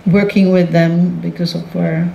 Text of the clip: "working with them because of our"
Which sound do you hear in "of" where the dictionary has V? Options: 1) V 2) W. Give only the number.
2